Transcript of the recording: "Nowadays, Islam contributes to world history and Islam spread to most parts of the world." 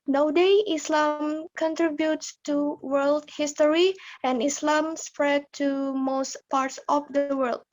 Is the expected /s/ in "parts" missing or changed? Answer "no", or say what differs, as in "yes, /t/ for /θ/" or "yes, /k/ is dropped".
no